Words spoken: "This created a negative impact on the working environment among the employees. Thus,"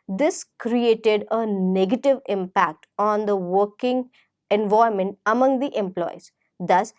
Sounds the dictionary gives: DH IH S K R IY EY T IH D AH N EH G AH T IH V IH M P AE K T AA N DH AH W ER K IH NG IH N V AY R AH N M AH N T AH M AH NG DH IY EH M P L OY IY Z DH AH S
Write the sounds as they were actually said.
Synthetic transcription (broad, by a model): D IH S K R IY EY T IH D AH N EH G AH T IH V IH M P AE K T AA N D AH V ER K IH NG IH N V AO AH M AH N T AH M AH NG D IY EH M P L OY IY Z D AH S